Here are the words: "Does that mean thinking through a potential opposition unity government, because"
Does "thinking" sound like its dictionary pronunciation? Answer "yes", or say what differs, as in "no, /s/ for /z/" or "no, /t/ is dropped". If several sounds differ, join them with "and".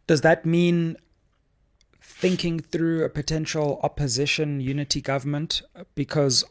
yes